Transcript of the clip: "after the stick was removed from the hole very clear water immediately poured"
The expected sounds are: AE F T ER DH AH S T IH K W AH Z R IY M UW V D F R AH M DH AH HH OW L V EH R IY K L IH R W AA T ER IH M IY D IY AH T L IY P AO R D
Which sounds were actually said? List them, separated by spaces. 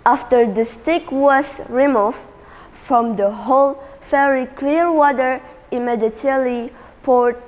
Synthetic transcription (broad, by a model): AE F T ER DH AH S T IH K W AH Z R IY M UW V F F R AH M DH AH HH OW L F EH R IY K L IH R W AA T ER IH M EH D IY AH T L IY P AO R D